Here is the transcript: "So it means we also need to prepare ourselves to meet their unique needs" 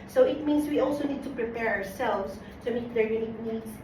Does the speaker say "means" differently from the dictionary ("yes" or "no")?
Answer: yes